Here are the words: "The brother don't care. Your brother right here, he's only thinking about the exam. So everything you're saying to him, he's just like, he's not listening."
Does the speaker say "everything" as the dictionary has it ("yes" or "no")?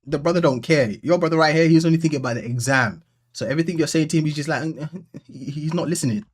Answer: yes